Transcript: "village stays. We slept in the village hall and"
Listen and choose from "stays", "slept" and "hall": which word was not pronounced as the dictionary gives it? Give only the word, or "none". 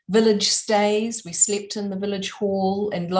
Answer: none